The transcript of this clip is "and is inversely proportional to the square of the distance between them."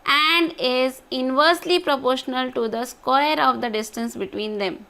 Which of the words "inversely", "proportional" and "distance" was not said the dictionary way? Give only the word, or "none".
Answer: none